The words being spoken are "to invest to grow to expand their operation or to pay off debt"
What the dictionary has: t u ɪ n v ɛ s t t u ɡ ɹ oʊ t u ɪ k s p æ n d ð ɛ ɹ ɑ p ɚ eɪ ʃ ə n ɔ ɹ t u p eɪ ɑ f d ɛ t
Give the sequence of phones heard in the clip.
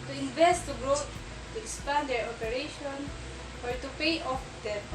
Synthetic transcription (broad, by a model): t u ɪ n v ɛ s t t u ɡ ɹ oʊ t u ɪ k s p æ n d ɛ ɹ ɑ p ɚ eɪ ʃ ə n ɔ ɹ t u p eɪ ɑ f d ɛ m